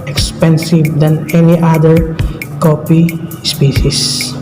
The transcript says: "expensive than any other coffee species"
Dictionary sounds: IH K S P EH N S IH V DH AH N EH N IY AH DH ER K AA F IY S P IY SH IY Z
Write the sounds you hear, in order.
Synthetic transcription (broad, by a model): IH K S P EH N S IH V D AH N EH N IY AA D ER K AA P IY S P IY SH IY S